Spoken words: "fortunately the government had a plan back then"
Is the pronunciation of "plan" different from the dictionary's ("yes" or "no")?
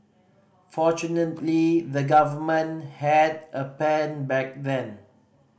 yes